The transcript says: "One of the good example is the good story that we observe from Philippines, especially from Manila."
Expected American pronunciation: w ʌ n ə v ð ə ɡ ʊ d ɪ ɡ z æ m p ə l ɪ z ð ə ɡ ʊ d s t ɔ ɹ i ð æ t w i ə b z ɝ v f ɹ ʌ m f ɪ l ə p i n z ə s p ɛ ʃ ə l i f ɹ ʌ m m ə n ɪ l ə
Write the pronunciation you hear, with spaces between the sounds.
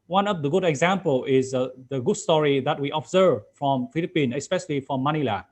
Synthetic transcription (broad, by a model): w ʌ n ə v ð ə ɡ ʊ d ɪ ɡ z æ m p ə l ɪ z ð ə ɡ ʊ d s t ɔ ɹ i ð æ t w i ə b z ɝ v f ɹ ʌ m f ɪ l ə p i n ə s p ɛ ʃ ə l i f ɹ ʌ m m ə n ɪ l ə